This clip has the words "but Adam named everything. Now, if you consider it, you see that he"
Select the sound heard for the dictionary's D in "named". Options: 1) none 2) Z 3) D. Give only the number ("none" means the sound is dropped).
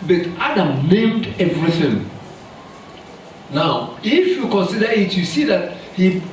3